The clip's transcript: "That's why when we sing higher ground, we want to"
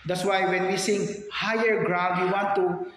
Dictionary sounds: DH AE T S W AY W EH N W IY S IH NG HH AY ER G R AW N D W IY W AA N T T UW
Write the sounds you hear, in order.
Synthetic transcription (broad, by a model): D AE T S W AY W EH N W IY S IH NG HH AY ER G R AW D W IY W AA N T T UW